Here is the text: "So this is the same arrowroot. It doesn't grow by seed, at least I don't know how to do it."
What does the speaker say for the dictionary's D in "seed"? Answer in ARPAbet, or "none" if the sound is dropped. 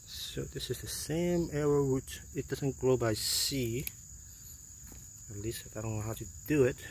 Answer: none